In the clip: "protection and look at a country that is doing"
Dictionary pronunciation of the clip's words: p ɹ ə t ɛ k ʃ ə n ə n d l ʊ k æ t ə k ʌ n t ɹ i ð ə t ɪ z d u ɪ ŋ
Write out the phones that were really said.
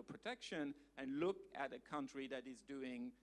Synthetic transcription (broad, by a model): p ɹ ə t ɛ k ʃ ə n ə n l ʊ k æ t ə k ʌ n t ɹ i ð ə t ɪ z d u ɪ ŋ